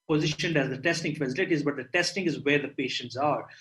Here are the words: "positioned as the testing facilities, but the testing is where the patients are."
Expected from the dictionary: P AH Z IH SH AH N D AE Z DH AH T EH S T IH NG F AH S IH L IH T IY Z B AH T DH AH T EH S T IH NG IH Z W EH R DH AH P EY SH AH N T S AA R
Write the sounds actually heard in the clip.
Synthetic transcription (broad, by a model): P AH Z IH SH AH N D AE Z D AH T EH S T IH NG F AH S IH L IH T IY Z B AH T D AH T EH S T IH NG IH Z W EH R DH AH P EY SH AH N T S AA R